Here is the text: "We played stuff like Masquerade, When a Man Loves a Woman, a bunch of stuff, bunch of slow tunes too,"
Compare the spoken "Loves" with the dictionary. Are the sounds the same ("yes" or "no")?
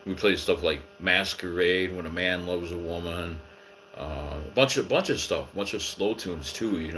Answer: yes